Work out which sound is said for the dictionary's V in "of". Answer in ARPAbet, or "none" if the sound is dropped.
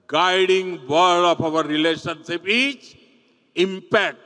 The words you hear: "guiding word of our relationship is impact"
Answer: P